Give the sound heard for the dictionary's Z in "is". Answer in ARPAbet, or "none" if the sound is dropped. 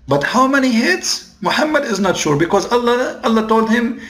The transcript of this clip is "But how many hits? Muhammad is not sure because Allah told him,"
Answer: Z